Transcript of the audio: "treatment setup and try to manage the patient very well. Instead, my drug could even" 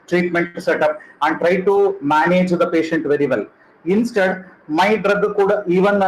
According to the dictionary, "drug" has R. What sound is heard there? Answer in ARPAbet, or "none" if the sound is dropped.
R